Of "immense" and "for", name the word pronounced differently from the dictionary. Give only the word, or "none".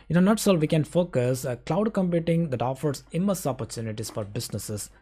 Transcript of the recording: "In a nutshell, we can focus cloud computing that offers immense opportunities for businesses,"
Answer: immense